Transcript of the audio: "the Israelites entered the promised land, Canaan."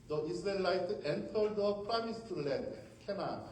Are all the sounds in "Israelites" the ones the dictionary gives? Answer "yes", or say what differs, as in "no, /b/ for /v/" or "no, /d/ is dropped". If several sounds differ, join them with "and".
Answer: no, /s/ is dropped